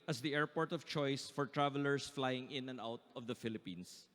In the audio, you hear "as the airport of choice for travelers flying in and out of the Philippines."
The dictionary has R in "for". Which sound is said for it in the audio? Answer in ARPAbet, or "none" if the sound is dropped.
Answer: R